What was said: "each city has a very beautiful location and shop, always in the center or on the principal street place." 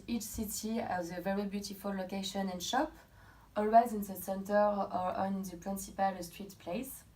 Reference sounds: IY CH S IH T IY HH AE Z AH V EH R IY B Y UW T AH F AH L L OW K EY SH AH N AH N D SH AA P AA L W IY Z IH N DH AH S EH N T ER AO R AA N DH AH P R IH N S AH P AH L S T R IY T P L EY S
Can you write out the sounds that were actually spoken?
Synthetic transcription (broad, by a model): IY CH S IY T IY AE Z AH V EH R IY B Y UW T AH F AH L L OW K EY SH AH N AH N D SH AA P AA L W IY Z IH N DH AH S EH N T ER AO R AA N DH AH P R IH N S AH P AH L S T R IY T P L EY S